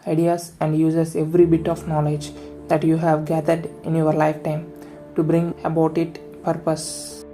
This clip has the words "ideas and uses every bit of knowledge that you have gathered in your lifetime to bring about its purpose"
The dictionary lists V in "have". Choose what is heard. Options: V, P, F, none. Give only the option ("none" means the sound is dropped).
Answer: V